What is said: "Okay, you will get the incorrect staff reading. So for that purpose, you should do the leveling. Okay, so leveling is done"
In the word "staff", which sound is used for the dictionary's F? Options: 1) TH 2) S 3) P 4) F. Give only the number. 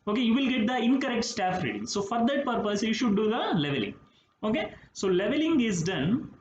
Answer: 4